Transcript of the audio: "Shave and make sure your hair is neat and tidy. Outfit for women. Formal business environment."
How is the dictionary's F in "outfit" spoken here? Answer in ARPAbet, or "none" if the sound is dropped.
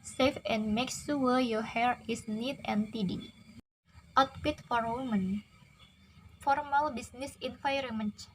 P